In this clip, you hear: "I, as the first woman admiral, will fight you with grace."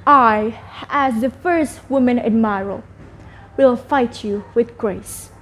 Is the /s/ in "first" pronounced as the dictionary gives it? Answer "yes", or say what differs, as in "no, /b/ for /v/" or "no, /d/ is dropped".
yes